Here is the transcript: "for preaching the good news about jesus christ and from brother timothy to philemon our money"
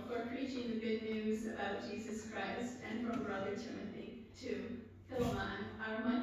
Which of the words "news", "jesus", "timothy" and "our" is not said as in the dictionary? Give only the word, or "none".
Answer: none